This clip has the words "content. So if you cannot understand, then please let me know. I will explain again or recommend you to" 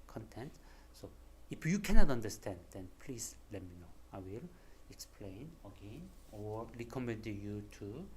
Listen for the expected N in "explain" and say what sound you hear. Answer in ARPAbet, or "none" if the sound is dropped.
N